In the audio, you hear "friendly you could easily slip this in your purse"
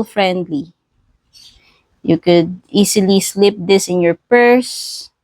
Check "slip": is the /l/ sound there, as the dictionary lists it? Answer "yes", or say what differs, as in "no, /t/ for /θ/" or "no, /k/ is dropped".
yes